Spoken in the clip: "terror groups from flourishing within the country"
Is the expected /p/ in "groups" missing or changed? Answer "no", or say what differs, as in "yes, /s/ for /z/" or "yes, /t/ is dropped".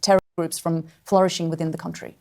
no